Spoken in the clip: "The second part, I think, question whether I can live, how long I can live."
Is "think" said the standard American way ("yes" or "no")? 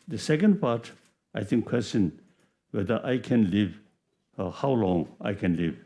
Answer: no